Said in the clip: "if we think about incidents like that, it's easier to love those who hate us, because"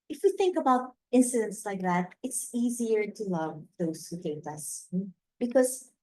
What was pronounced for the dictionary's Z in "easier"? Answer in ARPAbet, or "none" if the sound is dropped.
Z